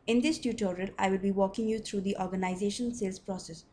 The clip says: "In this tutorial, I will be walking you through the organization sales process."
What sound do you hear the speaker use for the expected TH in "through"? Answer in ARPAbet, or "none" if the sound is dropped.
T